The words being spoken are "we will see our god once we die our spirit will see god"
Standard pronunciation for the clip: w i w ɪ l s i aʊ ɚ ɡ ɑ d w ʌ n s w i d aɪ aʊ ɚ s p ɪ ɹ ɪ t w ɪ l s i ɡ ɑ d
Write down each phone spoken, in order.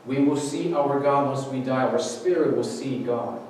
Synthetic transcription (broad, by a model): w i w ɪ l s i aʊ ɚ ɡ ɑ d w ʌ s w i d aɪ aʊ ɚ s p ɪ ɹ ɪ t w ɪ l s i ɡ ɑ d